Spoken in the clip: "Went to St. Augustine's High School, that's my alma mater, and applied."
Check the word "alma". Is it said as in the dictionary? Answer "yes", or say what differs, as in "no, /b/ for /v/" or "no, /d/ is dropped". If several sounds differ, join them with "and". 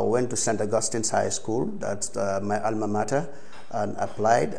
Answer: yes